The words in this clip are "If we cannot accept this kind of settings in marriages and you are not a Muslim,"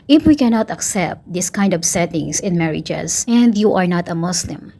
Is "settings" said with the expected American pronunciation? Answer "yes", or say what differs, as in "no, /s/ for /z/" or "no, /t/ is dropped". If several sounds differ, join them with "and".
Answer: no, /s/ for /z/